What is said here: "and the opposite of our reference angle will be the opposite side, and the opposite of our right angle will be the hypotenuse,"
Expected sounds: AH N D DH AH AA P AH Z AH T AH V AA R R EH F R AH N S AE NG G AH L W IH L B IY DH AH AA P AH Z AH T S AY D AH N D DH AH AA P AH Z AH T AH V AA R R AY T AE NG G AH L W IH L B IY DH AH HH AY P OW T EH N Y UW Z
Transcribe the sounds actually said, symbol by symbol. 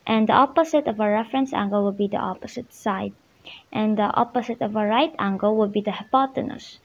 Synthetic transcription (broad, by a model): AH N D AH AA P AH S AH T AH V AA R R EH F R AH N S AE NG G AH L W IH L B IY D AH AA P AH S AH T S AY D AH N D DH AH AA P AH S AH T AH V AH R R AY T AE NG G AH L W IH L B IY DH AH HH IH P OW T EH N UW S